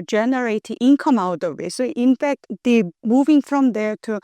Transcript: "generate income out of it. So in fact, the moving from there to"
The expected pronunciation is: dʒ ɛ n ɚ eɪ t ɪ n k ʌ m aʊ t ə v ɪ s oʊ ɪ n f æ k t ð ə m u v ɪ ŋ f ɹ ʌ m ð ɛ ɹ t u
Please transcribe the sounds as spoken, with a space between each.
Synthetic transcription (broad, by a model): dʒ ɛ n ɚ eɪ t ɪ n k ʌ m aʊ t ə w ɪ s oʊ ɪ n f æ k t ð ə m u v ɪ ŋ f ɹ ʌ m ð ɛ ɹ t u